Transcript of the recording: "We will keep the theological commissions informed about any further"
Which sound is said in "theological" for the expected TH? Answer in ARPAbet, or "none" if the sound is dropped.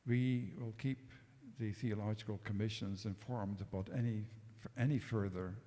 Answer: TH